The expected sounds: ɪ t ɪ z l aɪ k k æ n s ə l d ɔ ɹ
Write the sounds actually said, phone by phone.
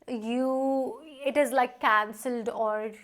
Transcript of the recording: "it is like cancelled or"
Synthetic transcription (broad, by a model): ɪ t ɪ z l aɪ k k æ n s ə l d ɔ ɹ